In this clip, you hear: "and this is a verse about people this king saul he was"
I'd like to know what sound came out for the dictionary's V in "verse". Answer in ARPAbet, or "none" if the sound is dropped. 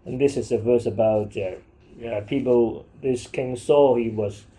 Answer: V